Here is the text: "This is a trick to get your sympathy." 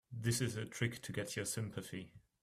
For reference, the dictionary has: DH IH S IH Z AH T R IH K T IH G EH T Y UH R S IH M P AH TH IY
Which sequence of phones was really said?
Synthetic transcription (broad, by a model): DH IH S IH Z AH T R IH K T IH G EH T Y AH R S IH M P AH TH IY